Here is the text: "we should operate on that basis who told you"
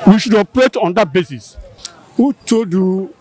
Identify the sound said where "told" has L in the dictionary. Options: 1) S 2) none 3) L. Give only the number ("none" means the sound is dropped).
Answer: 2